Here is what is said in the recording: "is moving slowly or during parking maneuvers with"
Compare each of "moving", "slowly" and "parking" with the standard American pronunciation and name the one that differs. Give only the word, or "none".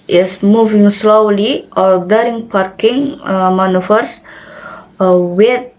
none